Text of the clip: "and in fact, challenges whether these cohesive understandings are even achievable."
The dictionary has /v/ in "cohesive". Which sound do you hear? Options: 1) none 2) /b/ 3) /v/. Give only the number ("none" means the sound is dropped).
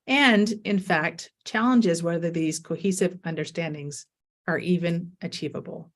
3